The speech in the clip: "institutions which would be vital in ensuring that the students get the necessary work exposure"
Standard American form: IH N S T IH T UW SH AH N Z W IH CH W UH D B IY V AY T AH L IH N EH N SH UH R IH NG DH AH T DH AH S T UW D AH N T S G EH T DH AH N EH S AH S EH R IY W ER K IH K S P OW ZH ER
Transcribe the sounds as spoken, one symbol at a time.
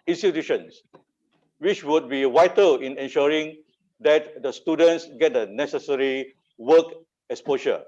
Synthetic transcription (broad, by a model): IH N S T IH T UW SH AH N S W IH CH W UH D B IY W AY T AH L IH N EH N SH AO R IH NG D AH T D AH S T UW D AH N T S G EH T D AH N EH S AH S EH R IY W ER K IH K S P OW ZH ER